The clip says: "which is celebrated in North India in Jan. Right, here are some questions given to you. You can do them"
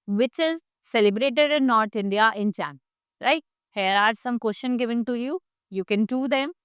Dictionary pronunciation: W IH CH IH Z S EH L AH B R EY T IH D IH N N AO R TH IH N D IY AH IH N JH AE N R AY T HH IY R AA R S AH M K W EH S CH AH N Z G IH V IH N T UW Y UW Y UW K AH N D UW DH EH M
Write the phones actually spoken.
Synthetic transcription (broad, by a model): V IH CH IH Z S EH L AH B R EY T IH D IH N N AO R T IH N D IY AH IH N CH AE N R AY T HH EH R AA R S AH M K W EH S SH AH N G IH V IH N T UW Y UW Y UW K AH N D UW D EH M